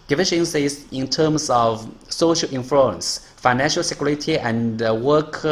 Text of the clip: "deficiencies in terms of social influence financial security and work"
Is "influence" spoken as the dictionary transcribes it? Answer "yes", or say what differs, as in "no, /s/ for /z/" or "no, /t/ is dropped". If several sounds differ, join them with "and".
no, /l/ is dropped